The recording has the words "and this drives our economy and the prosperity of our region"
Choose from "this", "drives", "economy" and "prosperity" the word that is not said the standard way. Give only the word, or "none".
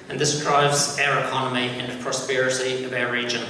prosperity